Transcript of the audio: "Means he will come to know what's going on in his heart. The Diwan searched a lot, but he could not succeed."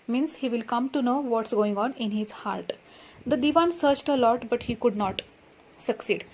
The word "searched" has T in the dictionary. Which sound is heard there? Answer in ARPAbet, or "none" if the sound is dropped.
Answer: T